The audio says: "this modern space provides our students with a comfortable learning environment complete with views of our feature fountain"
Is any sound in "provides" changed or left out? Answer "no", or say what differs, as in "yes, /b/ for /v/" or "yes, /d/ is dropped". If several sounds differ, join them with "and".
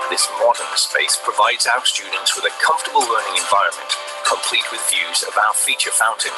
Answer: no